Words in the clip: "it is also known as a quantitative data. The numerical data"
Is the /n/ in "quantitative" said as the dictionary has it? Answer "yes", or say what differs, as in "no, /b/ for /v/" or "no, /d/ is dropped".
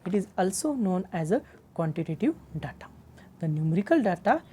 yes